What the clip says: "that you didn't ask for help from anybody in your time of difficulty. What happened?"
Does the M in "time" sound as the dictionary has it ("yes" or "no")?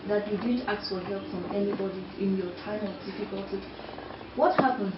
yes